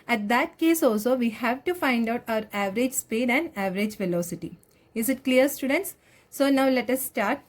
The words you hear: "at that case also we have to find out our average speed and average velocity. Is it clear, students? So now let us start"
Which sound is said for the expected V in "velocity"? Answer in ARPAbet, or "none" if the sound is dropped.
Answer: V